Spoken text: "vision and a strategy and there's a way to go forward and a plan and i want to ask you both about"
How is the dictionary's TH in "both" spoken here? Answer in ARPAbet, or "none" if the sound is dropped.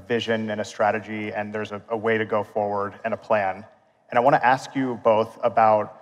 TH